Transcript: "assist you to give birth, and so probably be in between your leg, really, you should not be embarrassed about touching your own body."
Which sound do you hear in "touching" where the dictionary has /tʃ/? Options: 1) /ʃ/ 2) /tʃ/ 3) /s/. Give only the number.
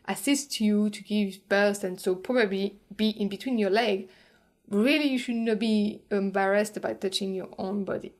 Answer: 2